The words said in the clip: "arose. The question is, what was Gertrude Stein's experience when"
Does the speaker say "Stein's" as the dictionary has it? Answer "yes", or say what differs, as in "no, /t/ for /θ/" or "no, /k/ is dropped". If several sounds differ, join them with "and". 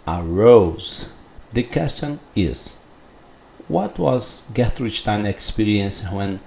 no, /z/ is dropped